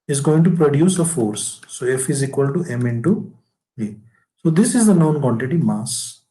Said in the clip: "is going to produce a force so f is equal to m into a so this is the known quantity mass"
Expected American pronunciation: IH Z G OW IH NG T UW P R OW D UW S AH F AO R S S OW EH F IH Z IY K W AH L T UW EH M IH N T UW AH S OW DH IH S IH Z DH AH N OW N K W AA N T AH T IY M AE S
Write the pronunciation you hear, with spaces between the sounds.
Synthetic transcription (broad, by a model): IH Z G OW IH NG T UW P R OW D UW S AH F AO R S S OW EH F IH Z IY K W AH L T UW EH M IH N T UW AH S OW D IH S IH Z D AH N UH N K W AA N T AH T IY M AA S